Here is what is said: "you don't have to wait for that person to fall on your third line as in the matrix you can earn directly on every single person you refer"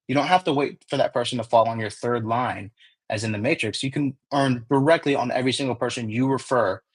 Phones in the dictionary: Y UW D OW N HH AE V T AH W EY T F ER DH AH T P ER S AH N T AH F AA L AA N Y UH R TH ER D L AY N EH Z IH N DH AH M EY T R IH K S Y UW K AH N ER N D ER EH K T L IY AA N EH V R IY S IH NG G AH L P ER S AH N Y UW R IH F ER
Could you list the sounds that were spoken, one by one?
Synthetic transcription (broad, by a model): Y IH D OW N HH AE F T AH W EY T F ER DH AH T P ER S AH N T AH F AA L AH N Y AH R TH ER D L AY N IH Z IH N DH AH M EY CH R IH K S Y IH K AH N ER N D ER EH K T L IY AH N EH V R IY S IH NG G L P ER S AH N Y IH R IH F ER